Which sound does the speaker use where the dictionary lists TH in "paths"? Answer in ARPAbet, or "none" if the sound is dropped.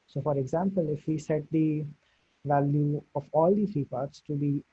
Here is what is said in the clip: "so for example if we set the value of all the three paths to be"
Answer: T